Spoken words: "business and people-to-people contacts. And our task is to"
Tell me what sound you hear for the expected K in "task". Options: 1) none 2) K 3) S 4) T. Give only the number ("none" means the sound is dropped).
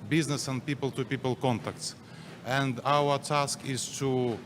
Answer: 2